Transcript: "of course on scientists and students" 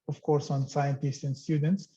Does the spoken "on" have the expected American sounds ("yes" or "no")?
yes